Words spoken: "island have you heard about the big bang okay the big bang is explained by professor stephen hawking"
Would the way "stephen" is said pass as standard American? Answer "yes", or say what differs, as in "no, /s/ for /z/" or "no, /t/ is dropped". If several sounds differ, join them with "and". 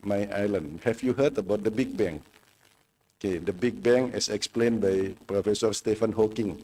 no, /f/ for /v/